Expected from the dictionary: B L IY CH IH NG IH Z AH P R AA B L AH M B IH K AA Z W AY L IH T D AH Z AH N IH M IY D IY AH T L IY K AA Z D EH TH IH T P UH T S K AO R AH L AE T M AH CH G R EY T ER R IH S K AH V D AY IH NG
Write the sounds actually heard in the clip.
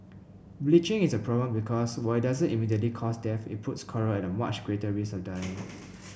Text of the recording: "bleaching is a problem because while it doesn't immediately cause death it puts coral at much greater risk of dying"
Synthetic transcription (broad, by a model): B L IY CH IH NG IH S AH P R AA B L AH M B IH K AA S W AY IH T D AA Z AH N IH M IY D IY AH T L IY K AA S D EH F IH T P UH T S K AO R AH N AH M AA CH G R EY T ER R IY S AH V D AY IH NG